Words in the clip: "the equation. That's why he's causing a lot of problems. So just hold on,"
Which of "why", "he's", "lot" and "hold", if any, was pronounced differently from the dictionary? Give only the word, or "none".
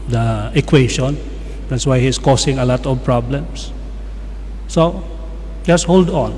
he's